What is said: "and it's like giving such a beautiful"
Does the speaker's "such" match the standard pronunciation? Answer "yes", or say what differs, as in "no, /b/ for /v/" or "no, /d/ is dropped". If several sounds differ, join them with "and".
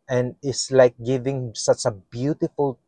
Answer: yes